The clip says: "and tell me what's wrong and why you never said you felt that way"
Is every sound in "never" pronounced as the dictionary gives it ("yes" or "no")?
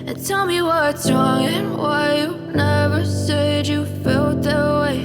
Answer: yes